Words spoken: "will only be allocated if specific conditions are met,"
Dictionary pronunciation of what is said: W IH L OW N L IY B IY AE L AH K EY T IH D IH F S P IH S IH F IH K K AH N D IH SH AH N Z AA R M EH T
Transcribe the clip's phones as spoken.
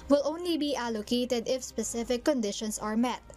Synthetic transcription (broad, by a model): W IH L OW N L IY B IY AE L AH K EY T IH D IH F S P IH S IH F IH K K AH N D IH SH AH N S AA R M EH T